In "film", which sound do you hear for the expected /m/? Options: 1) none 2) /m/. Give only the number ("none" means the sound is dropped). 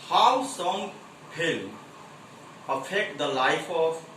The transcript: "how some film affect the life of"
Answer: 1